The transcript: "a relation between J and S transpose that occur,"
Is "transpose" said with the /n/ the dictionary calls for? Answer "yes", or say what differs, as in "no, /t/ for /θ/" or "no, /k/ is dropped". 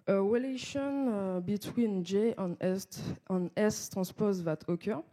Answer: no, /n/ is dropped